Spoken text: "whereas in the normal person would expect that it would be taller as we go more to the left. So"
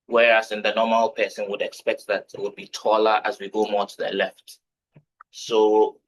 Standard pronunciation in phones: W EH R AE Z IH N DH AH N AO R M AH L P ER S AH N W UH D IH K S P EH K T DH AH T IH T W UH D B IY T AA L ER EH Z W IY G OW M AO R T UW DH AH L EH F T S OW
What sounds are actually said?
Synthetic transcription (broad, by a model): W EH R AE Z IH N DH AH N AO M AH L P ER S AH N W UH D IH K S P EH K T DH AH T IH T W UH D B IY T AA L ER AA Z W IY G OW M AO T UW DH AH L EH F T S OW